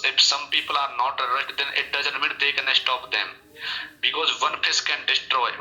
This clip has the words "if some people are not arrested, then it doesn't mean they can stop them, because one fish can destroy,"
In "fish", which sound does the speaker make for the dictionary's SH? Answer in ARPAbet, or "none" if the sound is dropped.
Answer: S